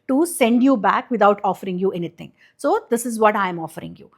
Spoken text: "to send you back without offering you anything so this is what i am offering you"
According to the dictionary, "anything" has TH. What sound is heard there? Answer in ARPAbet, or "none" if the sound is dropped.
T